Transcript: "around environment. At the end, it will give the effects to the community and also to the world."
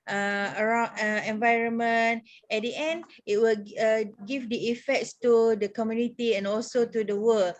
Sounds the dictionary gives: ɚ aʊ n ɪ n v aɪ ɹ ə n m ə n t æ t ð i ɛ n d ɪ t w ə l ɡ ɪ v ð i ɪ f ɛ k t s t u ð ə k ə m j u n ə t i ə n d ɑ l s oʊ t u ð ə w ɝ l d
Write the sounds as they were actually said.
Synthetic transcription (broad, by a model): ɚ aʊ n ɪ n v aɪ ɹ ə n m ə n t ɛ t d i ɛ n d ɪ t w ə l ɡ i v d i ɪ f ɛ k t s t u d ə k ə m j u n ə t i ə n ɑ l s oʊ t u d ə w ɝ l